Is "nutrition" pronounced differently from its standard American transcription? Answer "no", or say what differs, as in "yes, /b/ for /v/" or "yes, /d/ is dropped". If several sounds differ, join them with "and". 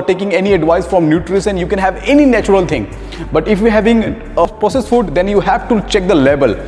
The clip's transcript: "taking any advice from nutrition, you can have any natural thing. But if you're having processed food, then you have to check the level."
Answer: yes, /s/ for /ʃ/